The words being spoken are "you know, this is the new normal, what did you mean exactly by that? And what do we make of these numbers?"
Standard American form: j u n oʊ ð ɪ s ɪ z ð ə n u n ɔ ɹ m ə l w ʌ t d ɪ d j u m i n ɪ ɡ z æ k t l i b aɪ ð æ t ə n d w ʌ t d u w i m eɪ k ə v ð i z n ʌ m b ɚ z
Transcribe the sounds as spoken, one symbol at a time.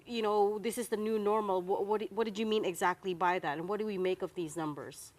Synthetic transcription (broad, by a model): j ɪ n oʊ ð ɪ s ɪ z ð ə n u n ɔ ɹ m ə w w ʌ t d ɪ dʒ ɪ m i n ɪ ɡ z æ k t l i b aɪ ð æ t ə n w ʌ t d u w i m eɪ k ə v ð i z n ʌ m b ɚ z